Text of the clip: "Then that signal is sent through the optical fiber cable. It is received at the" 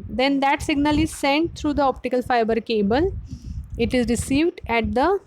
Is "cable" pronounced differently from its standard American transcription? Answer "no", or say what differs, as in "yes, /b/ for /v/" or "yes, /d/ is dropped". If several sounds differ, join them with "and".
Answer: no